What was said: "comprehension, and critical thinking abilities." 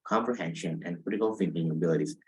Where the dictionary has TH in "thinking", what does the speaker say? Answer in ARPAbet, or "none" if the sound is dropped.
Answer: F